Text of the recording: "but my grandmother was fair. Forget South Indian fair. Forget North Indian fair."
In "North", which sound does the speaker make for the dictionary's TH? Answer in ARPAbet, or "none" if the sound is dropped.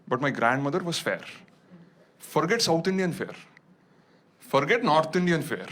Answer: T